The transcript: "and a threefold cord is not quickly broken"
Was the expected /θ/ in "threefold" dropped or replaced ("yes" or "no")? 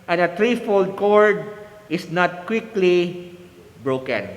yes